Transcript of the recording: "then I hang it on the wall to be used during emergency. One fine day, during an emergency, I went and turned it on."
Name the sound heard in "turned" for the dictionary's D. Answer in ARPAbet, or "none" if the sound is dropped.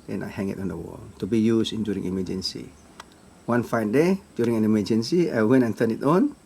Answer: none